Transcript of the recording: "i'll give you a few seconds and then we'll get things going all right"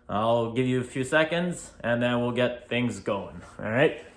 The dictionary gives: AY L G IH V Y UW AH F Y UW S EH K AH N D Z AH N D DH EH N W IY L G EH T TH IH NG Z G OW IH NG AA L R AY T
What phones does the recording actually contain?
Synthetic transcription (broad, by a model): AY L G IH V Y AH F Y UW S EH K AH N D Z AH N DH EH N W IY L G EH T TH IH NG Z G OW IH NG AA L R AY T